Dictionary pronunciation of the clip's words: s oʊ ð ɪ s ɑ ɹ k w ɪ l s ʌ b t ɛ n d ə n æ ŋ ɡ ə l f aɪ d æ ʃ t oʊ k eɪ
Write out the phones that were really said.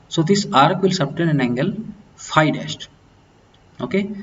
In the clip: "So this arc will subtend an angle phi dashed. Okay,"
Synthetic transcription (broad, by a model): s oʊ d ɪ s ɑ ɹ k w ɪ l s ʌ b t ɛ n ə n æ ŋ ɡ ə l f aɪ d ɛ s t oʊ k eɪ